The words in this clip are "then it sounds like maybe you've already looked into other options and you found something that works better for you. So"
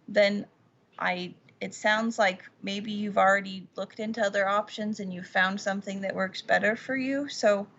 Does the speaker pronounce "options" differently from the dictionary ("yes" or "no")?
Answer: no